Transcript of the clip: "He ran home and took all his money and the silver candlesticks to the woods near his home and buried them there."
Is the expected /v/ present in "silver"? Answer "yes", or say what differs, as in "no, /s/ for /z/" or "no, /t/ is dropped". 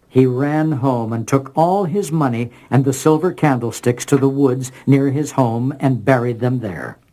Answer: yes